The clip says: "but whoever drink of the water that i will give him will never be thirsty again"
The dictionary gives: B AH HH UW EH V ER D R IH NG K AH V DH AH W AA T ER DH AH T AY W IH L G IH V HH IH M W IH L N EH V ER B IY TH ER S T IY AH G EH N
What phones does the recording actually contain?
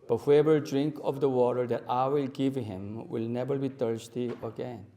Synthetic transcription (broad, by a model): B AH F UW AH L D R IH NG K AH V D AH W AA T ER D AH T AY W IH L G IH V HH IH M W IH L N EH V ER B IY T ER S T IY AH G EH N